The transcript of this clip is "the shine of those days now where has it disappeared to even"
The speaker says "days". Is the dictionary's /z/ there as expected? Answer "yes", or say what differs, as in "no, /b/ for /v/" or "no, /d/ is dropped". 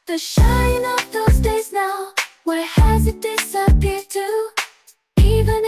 yes